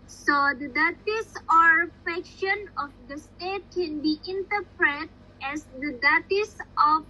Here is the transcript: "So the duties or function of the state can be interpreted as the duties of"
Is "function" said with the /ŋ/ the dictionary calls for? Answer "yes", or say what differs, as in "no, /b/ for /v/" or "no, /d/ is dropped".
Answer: no, /ŋ/ is dropped